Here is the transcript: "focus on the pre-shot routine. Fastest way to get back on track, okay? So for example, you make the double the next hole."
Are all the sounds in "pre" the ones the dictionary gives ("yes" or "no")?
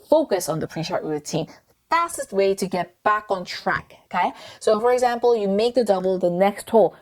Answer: yes